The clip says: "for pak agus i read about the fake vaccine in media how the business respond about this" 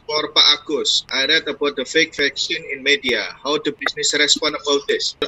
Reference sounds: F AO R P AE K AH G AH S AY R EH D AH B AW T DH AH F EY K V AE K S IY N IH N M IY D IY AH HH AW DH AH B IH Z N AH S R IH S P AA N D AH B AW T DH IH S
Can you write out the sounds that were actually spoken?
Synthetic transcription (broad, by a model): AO R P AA AH G AH S AY R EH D AH B AW T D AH F EY K F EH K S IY N IH N M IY D IY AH HH AW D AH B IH S N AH S R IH S P AA N AH B AW T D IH S